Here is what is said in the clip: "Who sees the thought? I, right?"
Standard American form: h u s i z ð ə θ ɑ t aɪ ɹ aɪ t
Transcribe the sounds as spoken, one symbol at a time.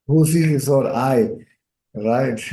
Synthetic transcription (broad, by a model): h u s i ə s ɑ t aɪ ɹ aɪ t